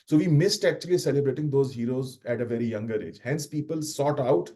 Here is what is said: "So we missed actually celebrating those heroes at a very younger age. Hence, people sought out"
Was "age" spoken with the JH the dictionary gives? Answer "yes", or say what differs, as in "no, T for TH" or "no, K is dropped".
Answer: yes